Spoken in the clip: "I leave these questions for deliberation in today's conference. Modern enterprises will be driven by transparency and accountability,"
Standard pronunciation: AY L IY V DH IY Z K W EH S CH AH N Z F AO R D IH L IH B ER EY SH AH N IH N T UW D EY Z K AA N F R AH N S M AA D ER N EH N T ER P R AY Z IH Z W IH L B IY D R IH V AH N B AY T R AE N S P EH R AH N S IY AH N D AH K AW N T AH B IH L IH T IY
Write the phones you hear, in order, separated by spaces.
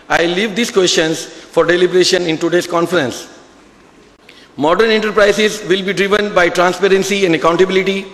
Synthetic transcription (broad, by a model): AY L IY V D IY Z K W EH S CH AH N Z F AO R D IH L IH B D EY SH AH N IH N T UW D EY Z K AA N F R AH N S M AA D ER N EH N T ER P R AY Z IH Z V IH L B IY D R IH V AH N B AY T R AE N S P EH R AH N S IY AH N D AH K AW N T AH B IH L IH T IY